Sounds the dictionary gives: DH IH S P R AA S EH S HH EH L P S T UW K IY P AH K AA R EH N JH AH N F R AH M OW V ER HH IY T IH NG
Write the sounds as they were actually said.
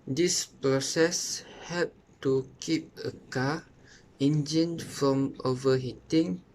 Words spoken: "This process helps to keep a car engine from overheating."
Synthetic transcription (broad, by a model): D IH S P R AA S EH S HH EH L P T UW K IY P AH K AA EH N JH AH N F R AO M OW V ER HH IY T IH NG